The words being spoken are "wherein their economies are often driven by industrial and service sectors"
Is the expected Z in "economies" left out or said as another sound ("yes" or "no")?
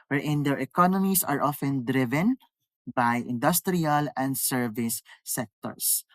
yes